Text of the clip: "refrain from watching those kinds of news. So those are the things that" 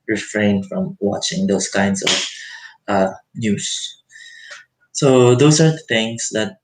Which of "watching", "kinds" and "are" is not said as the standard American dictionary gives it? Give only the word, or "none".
kinds